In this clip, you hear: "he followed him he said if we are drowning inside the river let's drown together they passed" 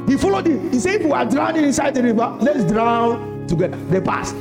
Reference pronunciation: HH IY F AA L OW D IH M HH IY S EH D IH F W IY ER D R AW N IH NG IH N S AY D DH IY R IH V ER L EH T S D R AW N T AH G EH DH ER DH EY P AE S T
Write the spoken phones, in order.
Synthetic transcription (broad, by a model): HH IY F AA L OW D IH M HH IY S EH IH F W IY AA D R AW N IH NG IH N S AY D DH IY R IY B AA L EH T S D R AW N T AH G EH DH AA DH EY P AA S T